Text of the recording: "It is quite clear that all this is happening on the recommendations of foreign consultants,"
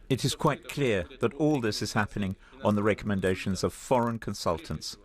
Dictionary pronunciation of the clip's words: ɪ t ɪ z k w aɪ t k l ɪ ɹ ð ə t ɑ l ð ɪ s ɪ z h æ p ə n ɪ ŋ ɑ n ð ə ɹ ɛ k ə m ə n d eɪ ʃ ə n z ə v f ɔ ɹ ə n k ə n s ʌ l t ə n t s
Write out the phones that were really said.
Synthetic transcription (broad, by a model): ɪ t ɪ z k w aɪ t k l ɪ ɹ ð ə t ɑ l ð ɪ s ɪ z h æ p ə n ɪ ŋ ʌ n ð ə ɹ ɛ k ə m ə n d eɪ ʃ ə n z ə v f ɔ ɹ ə n k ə n s ʌ l t n t s